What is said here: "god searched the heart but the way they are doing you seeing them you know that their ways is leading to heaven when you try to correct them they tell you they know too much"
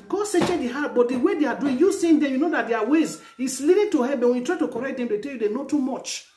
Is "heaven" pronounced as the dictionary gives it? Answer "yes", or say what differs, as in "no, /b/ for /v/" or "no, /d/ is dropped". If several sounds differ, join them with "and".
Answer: no, /b/ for /v/